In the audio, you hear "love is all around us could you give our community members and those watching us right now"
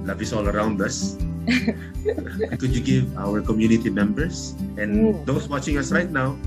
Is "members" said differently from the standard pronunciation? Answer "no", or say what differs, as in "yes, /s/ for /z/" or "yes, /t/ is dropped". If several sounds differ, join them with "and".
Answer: yes, /s/ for /z/